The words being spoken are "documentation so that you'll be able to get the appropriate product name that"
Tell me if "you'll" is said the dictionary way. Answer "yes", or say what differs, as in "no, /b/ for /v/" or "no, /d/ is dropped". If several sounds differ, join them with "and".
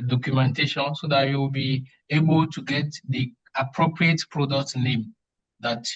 no, /w/ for /l/